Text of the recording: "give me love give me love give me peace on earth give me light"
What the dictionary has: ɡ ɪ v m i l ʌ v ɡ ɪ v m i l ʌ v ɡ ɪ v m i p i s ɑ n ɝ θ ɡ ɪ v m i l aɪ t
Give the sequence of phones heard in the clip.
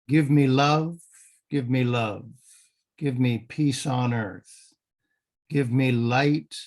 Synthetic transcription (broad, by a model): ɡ ɪ v m i l ʌ v ɡ ɪ v m i l ʌ v ɡ ɪ v m i p i s n ɝ θ ɡ ɪ v m i l aɪ t